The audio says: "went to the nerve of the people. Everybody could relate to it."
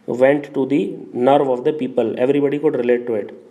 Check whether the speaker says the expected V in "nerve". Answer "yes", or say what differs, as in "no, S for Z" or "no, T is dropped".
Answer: yes